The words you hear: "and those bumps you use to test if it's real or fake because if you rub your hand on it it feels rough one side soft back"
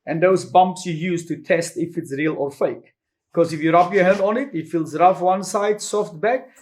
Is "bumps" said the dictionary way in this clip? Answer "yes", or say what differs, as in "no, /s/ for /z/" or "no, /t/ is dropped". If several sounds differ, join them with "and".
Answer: yes